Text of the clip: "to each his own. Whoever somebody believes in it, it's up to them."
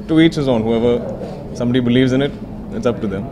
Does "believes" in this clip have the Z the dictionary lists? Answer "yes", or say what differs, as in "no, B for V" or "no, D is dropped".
yes